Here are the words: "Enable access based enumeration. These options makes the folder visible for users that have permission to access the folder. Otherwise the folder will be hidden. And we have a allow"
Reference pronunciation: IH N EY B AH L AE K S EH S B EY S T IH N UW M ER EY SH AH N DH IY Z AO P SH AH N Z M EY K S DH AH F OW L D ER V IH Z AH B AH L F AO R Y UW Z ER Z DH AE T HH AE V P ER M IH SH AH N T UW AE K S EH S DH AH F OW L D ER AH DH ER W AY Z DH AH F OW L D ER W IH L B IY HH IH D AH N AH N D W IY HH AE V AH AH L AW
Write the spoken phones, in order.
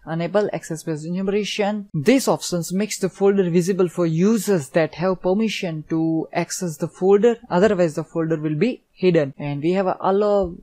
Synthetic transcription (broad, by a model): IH N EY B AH L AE K S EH S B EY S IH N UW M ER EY SH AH N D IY S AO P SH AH N S M EY K S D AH F OW L D ER V IH Z AH B AH L F AO R Y UW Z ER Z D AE T HH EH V P ER M IH SH AH N T UW AE K S EH S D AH F OW L D ER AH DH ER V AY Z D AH F OW L D ER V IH L B IY HH IH D AH N AH N D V IY HH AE V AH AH L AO